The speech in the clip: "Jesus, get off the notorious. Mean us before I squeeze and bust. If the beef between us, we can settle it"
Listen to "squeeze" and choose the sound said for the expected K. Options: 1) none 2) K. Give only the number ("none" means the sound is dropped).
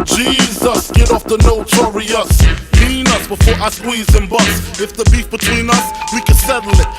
1